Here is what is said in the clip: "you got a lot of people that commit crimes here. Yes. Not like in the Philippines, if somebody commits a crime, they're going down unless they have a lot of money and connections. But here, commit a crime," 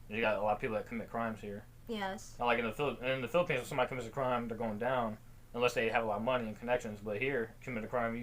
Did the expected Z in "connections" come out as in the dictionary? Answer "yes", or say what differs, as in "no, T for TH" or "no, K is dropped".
yes